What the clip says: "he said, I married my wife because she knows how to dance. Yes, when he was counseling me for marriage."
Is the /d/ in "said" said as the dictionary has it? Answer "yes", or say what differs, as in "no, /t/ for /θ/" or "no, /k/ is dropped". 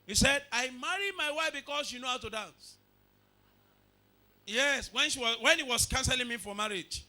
yes